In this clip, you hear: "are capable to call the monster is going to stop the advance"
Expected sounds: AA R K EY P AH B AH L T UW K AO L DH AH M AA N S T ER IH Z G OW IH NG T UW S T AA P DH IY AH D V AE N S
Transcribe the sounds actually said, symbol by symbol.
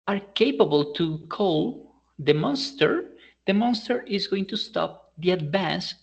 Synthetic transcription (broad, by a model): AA R K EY P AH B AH L T UW K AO L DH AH M AA N S T ER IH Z G OW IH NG T UW S T AA P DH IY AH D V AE N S